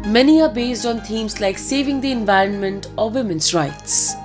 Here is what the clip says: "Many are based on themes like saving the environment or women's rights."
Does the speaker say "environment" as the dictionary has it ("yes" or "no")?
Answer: yes